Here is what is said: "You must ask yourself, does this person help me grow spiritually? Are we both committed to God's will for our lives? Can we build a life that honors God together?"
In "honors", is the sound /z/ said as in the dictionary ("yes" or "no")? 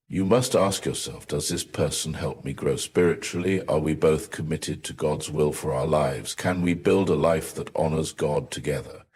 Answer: yes